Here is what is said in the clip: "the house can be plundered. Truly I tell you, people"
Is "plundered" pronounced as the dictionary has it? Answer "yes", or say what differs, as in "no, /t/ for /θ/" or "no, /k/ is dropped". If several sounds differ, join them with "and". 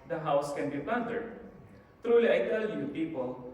no, /l/ is dropped